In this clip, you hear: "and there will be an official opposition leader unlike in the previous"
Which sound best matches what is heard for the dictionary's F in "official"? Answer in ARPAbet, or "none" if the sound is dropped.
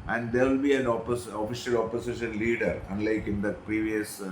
F